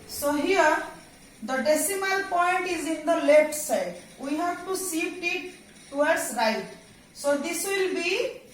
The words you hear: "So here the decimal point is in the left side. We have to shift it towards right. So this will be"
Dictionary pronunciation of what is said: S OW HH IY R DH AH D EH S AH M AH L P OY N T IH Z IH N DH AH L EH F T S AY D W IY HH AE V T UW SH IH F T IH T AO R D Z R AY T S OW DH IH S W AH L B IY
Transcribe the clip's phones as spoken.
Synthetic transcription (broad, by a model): S OW HH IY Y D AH D EH S AH M AH L P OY N T IH Z IH N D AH L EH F T S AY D W IY HH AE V T UW S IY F T IH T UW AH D S R AY T S OW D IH S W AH L B IY